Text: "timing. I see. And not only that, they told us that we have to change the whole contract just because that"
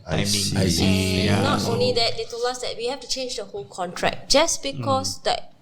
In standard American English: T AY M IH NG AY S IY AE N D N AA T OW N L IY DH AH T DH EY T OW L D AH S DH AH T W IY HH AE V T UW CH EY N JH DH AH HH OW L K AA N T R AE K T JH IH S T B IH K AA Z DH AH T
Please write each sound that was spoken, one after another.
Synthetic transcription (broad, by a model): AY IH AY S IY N N AA T OW N L IY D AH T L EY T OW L AA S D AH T W IY HH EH F T UW CH EY N JH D AH HH OW L K AA N T R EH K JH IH S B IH K AA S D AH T